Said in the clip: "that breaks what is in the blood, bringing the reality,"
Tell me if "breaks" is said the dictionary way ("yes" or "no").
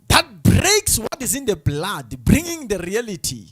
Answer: yes